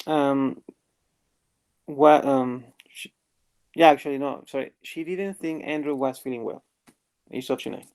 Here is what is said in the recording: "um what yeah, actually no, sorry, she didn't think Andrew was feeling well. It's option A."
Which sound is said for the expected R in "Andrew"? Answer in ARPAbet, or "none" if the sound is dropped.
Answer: R